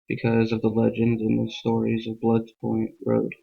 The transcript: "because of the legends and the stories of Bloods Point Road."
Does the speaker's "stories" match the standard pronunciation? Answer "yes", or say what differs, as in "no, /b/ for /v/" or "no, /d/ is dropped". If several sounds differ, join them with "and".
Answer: yes